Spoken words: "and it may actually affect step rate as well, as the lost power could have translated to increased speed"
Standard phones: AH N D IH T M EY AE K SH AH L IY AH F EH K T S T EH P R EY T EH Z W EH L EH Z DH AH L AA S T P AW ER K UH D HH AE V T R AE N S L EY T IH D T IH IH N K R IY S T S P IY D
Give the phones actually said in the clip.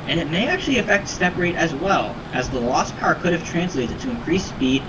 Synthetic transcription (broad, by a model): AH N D IH T M EY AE K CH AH L IY AH F EH K T S T EH P R EY T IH Z W EH L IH Z DH AH L AA S P AW ER K UH D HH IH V T R AE N S L EY T IH D T IH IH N K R IY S S P IY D